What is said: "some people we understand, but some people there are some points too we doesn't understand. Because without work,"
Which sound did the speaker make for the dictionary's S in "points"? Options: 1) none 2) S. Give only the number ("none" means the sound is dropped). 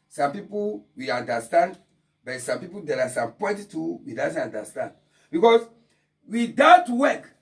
1